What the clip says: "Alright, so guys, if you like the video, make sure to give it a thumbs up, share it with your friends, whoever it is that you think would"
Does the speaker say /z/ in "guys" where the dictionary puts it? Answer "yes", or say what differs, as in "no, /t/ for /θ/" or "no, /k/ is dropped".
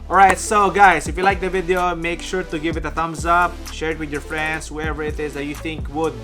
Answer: no, /s/ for /z/